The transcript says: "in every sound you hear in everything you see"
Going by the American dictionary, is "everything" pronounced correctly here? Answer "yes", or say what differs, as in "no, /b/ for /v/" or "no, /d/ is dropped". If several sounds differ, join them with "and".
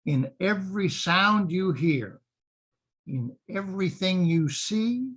yes